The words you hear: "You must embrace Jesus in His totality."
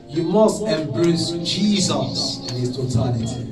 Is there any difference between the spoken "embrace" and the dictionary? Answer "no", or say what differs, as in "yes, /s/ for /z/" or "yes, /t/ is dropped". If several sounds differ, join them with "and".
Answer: no